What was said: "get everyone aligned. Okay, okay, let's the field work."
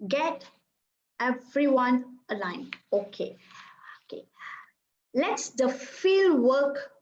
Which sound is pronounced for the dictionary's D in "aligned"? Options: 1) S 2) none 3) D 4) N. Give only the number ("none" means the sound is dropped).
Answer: 2